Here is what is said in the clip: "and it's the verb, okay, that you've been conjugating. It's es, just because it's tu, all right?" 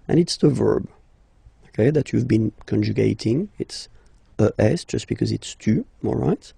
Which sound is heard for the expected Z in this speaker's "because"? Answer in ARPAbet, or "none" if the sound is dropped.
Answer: Z